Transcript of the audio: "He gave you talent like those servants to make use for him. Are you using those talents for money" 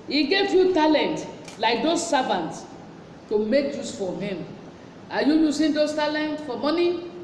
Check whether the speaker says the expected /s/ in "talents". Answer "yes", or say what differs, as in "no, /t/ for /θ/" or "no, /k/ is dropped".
no, /s/ is dropped